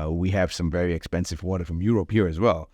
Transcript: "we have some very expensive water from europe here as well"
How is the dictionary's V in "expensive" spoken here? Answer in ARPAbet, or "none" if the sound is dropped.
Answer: V